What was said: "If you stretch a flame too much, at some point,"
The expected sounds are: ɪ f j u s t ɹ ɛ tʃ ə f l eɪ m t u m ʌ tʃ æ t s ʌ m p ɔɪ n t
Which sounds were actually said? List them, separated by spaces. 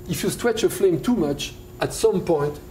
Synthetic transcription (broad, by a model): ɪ f j u s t w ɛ tʃ ə f l eɪ m t u m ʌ tʃ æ t s ʌ m p ɔɪ n t